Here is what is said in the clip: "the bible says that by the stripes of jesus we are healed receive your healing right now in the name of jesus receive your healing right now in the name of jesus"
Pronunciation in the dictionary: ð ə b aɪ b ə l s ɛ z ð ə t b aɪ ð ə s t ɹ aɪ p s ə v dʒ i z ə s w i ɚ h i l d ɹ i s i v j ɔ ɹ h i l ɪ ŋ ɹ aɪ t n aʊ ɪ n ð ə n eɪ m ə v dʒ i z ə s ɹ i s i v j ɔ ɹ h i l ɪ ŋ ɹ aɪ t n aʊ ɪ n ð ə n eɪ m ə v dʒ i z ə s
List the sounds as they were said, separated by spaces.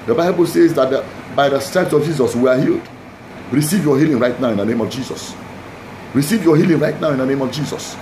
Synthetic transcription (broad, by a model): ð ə b aɪ b ə l s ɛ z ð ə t b aɪ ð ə s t aɪ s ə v dʒ i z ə s w i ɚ h i l d ɹ i s i v j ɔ h i l ɪ ŋ ɹ aɪ t n aʊ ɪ n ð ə n eɪ m ə v dʒ i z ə s ɹ i s i v j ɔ h i l ɪ ŋ ɹ aɪ t n aʊ ɪ n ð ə n eɪ m ə v dʒ i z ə s